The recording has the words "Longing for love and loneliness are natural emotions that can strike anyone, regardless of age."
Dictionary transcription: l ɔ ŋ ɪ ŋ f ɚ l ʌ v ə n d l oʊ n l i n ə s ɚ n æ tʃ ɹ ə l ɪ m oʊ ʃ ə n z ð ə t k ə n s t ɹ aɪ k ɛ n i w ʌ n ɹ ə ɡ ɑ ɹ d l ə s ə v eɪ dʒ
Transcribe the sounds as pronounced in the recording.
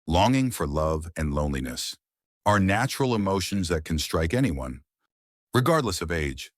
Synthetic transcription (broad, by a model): l ɔ ŋ ɪ ŋ f ɚ l ʌ v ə n l oʊ n l i n ə s ɚ n æ tʃ ɹ l ɪ m oʊ ʃ ə n z ð ə t k n s t ɹ aɪ k ɛ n i w ʌ n ɹ ə ɡ ɑ ɹ d l ə s ə v eɪ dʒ